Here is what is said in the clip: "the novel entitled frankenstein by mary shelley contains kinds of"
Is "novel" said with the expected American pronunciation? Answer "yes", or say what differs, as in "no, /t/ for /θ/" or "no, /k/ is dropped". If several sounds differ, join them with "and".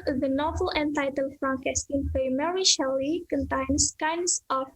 yes